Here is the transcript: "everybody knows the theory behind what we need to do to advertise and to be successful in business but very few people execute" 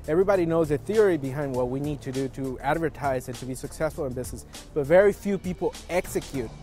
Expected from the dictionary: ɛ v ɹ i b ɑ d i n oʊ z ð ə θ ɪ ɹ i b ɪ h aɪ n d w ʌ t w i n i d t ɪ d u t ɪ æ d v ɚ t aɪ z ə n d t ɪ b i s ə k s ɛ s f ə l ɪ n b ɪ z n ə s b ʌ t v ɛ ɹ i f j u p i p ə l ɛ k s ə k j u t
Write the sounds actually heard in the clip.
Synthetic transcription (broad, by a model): ɛ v ɹ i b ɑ d i n oʊ z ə θ ɪ ɹ i b ɪ h aɪ n d w ʌ t w i n i d t ɪ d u t ɪ æ d v ɚ t aɪ z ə n t ɪ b i s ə k s ɛ s f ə l ɪ n b ɪ z n ə s b ʌ t v ɛ ɹ i f j u p i p l ɛ k s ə k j u t